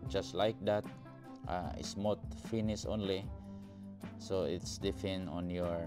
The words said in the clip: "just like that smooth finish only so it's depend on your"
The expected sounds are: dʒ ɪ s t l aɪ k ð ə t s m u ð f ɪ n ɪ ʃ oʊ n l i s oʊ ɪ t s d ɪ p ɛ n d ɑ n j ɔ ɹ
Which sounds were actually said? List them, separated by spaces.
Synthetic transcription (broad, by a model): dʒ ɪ s t l aɪ k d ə t s m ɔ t f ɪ n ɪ s oʊ n l i s oʊ ɪ t s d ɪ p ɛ n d ɑ n j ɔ ɹ